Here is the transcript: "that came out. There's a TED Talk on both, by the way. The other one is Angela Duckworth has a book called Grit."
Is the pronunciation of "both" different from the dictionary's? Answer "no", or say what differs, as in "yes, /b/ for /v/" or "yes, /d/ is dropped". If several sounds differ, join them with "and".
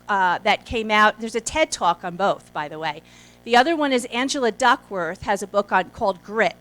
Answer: no